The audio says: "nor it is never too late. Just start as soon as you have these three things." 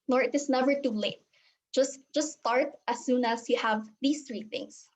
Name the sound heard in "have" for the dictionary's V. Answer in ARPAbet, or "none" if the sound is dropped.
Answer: V